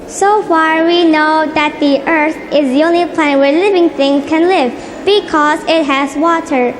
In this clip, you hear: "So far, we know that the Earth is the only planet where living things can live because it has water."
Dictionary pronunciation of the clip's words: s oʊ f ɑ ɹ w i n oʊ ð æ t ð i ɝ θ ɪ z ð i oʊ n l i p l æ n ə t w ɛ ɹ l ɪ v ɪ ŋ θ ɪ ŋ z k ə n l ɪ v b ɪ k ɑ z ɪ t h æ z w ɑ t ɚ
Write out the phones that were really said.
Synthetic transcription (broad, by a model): s oʊ f ɑ ɹ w i n oʊ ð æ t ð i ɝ t ɪ z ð i oʊ n l i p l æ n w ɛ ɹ l ɪ v ɪ ŋ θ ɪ ŋ k ə n l ɪ v b ɪ k ɑ z ɪ t h æ z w ɑ t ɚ